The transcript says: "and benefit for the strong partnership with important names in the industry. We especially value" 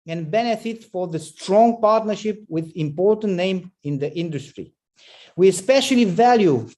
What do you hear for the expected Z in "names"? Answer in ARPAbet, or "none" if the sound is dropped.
none